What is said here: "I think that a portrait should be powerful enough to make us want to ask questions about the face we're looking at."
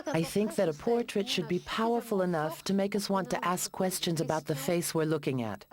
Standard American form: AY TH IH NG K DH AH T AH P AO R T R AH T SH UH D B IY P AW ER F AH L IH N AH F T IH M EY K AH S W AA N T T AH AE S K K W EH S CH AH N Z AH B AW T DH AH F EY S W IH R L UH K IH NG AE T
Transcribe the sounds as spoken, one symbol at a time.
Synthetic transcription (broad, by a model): AY TH IH NG K DH AH T AH P AO R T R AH T SH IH D B IY P AW ER F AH L IH N AH F T IH M EY K AH S W AA N T T AE S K K W EH S CH AH N Z AH B AW T DH AH F EY S W IH R L UH K IH NG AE T